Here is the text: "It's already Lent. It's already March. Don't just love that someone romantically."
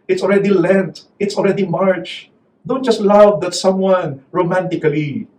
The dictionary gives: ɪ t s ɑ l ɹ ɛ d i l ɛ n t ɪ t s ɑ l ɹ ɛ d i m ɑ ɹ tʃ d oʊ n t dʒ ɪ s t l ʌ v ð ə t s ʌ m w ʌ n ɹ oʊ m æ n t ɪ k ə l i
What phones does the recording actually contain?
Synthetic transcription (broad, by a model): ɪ t s ɑ l ɹ ɛ d i l ɛ n t ɪ t s ɑ l ɹ ɛ d i m ɑ ɹ tʃ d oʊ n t dʒ ɪ s t l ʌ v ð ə t s ʌ m w ʌ n ɹ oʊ m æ n t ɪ k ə l i